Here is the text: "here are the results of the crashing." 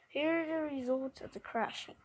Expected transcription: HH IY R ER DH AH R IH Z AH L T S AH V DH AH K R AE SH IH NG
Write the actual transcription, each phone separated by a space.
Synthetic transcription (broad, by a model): HH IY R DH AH R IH Z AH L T AH V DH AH K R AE SH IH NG